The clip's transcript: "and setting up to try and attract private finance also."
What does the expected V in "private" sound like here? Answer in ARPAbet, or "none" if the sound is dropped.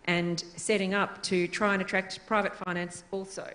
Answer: V